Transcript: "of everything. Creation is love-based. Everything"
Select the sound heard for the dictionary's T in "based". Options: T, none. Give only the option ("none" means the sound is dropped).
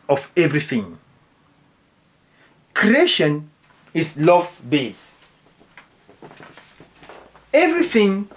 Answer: none